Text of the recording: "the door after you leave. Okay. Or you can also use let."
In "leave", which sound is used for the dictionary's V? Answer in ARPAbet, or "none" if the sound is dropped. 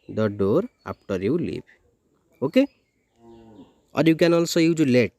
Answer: P